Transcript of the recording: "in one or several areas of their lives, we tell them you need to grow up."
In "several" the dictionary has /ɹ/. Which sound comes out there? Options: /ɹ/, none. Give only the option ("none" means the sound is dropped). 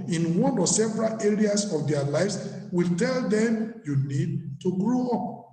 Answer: /ɹ/